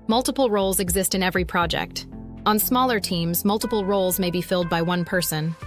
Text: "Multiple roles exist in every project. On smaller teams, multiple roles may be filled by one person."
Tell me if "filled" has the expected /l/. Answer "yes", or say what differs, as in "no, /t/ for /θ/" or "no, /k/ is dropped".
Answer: yes